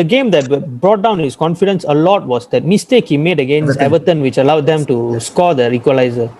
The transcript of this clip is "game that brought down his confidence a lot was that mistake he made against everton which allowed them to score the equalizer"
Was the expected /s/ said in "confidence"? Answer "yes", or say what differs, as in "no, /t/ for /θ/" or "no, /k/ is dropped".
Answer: yes